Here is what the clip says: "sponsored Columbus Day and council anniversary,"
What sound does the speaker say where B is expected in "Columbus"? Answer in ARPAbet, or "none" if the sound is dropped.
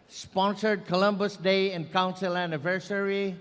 B